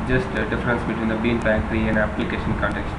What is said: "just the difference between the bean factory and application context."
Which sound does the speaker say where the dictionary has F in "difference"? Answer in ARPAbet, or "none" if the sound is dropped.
F